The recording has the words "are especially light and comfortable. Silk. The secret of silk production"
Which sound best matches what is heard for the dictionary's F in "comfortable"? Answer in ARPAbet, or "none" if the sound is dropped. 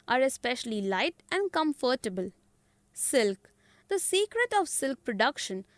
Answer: F